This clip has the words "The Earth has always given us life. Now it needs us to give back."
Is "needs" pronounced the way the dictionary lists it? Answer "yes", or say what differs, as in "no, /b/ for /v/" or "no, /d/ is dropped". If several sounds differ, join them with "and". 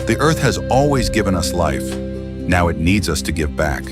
yes